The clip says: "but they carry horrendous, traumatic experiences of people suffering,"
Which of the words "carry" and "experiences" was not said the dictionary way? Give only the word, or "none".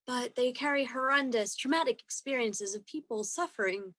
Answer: none